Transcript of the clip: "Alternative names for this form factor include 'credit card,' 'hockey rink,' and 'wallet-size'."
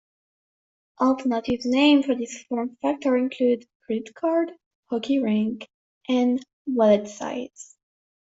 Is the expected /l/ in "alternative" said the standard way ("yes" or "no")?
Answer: yes